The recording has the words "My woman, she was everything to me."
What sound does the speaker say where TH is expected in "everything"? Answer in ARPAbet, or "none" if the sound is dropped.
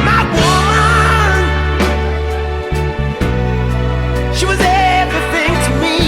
TH